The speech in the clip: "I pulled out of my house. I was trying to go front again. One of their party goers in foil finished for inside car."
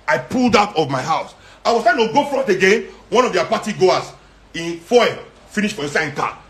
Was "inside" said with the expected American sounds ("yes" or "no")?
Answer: no